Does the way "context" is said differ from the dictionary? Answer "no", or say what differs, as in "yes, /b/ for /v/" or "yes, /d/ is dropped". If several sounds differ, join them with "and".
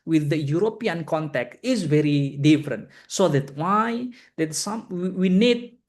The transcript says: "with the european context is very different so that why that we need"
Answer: yes, /s/ is dropped